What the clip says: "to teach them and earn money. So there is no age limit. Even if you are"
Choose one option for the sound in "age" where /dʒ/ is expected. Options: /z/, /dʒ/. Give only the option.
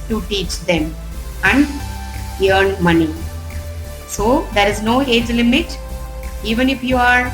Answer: /dʒ/